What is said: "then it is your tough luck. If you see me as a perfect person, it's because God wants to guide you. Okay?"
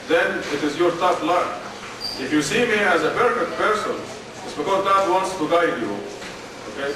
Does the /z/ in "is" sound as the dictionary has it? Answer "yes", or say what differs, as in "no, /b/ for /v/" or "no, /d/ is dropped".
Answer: yes